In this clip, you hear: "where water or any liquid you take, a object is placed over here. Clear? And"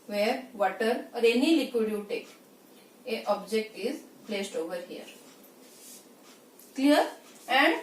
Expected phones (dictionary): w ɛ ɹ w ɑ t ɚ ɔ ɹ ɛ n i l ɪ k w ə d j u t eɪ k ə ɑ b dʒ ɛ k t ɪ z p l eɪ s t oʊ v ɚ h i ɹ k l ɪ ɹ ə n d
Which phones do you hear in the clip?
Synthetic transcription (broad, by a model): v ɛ ɹ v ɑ t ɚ ɔ ɹ ɛ n i l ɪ k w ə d j u t eɪ k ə ɑ b dʒ ɛ k t ɪ z p l eɪ s t oʊ v ɚ h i ɹ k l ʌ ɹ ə n d